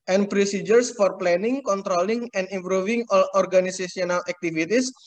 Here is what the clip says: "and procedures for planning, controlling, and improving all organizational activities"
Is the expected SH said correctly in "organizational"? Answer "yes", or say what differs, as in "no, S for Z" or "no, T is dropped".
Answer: no, S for SH